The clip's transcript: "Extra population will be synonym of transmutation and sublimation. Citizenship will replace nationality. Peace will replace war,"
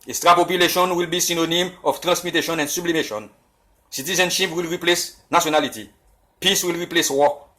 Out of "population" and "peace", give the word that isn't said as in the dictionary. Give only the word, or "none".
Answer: none